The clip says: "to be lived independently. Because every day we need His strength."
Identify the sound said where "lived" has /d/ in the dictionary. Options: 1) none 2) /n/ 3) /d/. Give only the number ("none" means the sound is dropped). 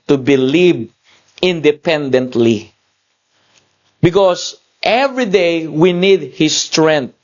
1